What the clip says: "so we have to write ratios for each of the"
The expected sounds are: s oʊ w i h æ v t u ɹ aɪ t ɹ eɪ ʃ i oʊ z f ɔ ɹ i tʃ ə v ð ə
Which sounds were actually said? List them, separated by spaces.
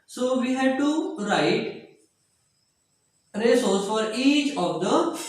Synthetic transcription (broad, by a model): s oʊ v i h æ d t u ɹ aɪ t ɹ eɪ s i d s f ɔ ɹ i tʃ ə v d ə